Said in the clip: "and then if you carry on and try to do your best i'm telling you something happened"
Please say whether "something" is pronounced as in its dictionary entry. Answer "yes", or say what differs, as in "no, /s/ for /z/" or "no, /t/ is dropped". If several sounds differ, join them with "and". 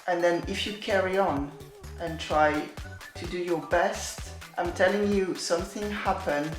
yes